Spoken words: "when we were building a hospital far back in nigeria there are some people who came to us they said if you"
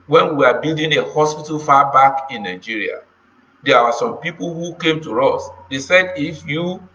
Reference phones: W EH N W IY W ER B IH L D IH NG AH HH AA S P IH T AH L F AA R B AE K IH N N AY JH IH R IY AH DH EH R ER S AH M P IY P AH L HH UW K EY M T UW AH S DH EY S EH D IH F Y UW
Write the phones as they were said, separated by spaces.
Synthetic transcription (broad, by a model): W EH N W IY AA B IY L D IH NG AH HH AA S P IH T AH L F AA B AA K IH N N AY JH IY R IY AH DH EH W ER S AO M P IY P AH L HH UW K EY M T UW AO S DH EY S EH D IH F Y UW